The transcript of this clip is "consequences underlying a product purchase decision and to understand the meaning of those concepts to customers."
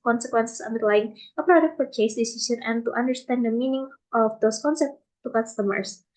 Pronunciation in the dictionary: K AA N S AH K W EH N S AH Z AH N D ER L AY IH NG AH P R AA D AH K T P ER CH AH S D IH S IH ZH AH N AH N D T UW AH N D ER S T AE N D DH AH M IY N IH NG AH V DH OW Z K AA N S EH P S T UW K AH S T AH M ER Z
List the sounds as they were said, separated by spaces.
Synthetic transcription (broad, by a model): K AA N S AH K W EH N S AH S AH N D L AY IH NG AH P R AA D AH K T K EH AH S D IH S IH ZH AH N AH N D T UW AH N D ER S T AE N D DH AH M IY N IH NG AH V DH OW S K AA N S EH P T T UW K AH S T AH M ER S